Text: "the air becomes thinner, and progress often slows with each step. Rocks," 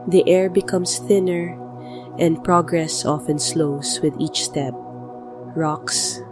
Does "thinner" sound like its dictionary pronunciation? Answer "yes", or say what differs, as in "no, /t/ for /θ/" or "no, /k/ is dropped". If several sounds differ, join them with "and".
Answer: yes